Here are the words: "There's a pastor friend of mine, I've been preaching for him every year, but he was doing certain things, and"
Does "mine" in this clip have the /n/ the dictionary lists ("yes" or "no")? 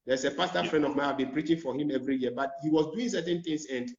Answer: no